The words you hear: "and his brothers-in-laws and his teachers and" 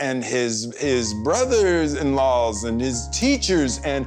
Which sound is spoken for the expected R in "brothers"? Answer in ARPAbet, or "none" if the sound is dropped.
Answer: R